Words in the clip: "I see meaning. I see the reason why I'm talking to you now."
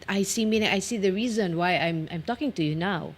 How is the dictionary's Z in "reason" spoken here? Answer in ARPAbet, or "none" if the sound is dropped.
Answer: Z